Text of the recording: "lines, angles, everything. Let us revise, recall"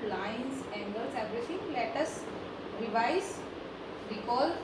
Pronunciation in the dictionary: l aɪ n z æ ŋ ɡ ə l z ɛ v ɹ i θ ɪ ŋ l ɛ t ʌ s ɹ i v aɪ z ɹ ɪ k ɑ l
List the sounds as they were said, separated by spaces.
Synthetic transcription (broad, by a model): l aɪ n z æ ŋ ɡ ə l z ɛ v ɹ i t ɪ ŋ l ɛ t ʌ s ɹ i v aɪ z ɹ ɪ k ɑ l